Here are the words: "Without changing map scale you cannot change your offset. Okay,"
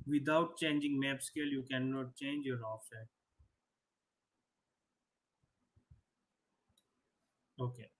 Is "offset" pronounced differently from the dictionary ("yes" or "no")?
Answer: yes